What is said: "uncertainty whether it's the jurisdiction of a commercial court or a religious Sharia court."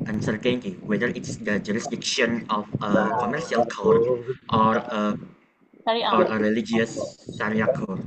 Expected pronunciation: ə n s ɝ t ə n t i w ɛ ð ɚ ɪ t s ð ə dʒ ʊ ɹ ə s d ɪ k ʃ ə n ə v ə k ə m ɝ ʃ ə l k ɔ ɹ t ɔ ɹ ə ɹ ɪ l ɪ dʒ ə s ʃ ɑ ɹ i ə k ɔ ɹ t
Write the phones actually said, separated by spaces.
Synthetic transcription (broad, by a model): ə n s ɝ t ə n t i w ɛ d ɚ ɪ t s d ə dʒ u ɹ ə s d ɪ k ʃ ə n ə f ə k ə m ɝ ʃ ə l k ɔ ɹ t ɔ ɹ ə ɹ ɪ l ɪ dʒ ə s s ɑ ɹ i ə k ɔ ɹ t